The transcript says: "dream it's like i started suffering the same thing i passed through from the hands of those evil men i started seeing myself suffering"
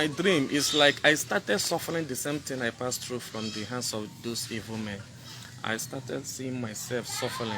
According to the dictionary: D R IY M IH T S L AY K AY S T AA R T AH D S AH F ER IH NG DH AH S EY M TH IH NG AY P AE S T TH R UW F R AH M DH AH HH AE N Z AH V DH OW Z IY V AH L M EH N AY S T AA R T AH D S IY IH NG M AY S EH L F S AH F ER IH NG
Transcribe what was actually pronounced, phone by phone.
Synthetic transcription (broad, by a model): D R IY M T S L AY K AY S T AA T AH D S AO F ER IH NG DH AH S EY M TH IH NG AY P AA S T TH R UW F R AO M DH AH HH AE N S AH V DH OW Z IY V AH L M EH N AY S T AA T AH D S IY IH NG M AY S EH L F S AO F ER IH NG